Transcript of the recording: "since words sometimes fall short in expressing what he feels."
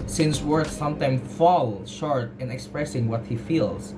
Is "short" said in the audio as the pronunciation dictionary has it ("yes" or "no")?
yes